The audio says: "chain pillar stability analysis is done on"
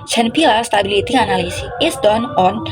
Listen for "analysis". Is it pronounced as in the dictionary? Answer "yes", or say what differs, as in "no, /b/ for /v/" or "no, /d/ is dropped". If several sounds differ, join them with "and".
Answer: no, /l/ is dropped and /s/ is dropped